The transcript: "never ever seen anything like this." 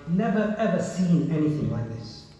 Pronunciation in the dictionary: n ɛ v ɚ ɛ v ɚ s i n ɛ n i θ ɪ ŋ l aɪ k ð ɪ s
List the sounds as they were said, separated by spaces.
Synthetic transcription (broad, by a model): n ɛ v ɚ ɛ v ɚ s i n ɛ n i θ ɪ ŋ l aɪ k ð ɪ s